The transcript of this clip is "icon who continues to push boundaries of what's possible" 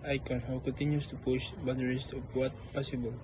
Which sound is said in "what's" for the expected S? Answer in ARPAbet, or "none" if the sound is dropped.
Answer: none